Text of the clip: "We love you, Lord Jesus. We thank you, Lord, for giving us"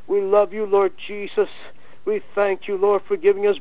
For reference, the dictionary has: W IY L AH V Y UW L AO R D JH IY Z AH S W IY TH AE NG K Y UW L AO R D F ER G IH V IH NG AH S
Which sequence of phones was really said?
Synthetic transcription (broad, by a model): W IY L AH V Y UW L AO R D JH IY Z AH S W IY TH AE NG K Y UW L AO R D F ER G IH V IH NG AH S